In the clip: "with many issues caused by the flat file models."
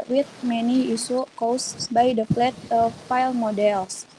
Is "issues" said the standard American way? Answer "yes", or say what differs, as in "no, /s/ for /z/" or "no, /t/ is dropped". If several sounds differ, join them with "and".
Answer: no, /s/ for /ʃ/ and /z/ is dropped